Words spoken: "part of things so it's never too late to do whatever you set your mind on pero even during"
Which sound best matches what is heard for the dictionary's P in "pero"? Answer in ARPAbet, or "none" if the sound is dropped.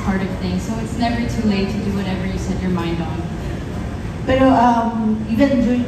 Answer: B